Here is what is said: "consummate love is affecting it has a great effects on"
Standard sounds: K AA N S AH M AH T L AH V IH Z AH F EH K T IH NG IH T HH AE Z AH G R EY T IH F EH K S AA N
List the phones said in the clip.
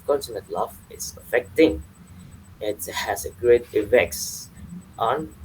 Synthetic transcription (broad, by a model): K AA N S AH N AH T L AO F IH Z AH F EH K T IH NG IH T HH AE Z AH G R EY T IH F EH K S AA N